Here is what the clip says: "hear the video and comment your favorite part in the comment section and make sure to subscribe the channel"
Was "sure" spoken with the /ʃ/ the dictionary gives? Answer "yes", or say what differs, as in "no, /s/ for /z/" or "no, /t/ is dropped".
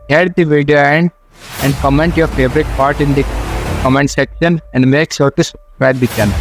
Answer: no, /s/ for /ʃ/